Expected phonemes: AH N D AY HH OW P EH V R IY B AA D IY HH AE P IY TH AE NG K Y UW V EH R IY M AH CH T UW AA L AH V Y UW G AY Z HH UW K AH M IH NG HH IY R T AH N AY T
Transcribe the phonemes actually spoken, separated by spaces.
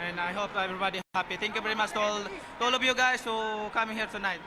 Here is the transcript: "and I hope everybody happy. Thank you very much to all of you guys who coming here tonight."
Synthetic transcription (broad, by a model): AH N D AY HH OW P EH V R IY B AA D IY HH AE P IY T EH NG K Y UW V EH R IY M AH CH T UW AA L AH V Y UW G AY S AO K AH M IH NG HH IY R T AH N AY T